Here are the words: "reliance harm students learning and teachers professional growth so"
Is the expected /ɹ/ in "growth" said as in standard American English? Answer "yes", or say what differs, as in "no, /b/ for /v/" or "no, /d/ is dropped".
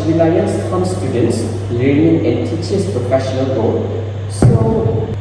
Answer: no, /ɹ/ is dropped